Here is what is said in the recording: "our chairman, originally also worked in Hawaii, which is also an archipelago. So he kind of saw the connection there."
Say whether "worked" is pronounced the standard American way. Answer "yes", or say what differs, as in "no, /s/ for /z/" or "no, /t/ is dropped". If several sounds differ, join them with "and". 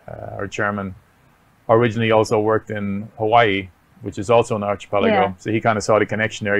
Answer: yes